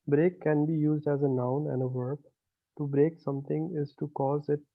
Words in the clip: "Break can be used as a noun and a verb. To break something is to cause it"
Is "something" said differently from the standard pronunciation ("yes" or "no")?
yes